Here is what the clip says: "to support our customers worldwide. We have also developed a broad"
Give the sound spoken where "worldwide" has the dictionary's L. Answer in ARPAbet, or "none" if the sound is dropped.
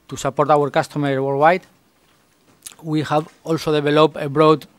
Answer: none